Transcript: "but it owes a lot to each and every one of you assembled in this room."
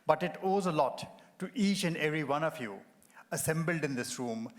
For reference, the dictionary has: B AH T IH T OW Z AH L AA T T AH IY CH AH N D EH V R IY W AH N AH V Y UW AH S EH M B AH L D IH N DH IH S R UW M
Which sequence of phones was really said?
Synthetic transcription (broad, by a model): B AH T IH T OW Z AH L AA T T IY CH AH N D EH V R IY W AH N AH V Y UW AH S EH M B AH L D IH N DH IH S R UW M